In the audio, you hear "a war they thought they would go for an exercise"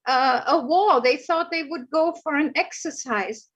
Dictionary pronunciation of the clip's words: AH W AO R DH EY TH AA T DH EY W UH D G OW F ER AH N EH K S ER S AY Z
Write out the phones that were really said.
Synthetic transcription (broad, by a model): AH W AO L DH EY TH AA T DH EY W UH D G OW F ER AH N EH K S ER S AY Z